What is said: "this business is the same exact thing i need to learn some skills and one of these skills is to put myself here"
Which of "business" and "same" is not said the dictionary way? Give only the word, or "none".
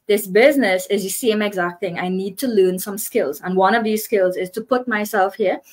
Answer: none